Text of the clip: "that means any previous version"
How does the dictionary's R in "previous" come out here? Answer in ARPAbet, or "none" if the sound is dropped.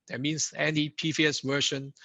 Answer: none